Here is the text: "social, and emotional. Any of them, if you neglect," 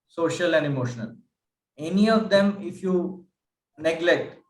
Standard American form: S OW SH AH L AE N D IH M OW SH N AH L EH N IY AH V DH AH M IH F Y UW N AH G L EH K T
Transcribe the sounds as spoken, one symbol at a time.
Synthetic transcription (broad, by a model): S OW SH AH L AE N D IH M OW SH N AH L EH N IY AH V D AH M IH F Y UW N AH G L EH K T